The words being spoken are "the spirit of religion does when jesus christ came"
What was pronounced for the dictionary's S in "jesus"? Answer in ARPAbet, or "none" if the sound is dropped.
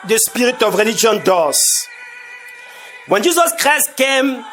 S